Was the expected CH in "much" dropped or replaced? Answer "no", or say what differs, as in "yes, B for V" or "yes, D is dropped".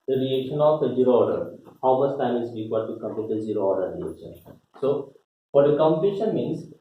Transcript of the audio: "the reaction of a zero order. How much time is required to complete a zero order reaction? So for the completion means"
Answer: yes, S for CH